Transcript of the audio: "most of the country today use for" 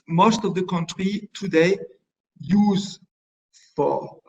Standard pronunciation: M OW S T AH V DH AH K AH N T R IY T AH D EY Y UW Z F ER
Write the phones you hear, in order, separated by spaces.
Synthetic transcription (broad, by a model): M OW S T AH V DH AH K AH N T R IY T AH D EY Y UW Z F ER